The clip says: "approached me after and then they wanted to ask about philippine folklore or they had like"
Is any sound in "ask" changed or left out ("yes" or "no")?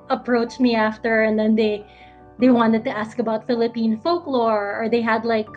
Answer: no